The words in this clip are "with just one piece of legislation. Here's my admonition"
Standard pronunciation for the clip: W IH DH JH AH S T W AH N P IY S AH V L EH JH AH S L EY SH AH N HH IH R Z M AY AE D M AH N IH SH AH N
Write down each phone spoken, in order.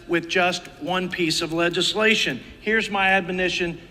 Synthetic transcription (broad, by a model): W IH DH JH AH S T W AH N P IY S AH V L EH JH AH S L EY SH AH N HH IH R Z M AY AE D M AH N IH SH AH N